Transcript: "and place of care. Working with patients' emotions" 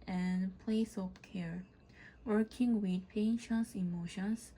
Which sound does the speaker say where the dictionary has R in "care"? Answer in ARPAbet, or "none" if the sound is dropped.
R